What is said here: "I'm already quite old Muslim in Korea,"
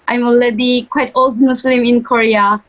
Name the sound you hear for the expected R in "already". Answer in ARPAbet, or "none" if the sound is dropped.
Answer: L